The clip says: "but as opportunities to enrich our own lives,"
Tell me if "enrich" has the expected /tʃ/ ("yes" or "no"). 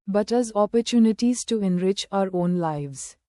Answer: yes